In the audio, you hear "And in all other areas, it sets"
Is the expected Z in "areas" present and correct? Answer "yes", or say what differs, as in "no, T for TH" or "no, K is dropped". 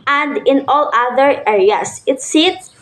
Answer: no, S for Z